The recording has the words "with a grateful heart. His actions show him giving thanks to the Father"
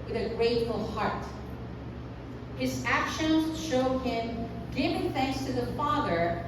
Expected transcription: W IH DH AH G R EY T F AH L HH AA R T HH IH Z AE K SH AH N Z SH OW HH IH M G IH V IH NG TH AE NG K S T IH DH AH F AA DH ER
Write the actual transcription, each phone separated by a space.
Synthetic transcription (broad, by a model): W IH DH AH G R EY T F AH L HH AA R T HH IH Z AE K SH AH N Z SH OW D IH M G IH V IH NG TH AE NG K S T IH DH AH F AA DH ER